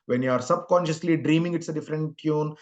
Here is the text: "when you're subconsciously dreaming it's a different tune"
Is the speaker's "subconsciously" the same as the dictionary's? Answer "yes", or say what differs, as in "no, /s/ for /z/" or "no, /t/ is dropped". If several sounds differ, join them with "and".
yes